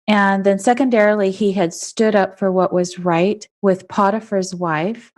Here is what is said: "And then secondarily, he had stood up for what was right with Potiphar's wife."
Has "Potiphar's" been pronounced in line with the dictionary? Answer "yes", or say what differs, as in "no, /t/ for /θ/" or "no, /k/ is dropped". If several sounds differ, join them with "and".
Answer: yes